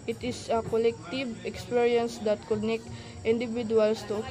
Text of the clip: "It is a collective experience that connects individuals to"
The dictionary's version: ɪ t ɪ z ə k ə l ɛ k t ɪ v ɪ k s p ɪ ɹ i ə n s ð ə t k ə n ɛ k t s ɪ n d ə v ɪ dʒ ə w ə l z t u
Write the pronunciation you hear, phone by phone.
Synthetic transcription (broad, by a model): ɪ t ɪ s ə k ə l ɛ k t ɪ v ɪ k s p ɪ ɹ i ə n s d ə t k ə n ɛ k t ɪ n d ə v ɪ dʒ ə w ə l s t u